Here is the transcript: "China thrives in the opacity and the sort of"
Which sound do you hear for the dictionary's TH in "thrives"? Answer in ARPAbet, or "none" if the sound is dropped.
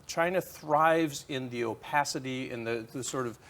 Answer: TH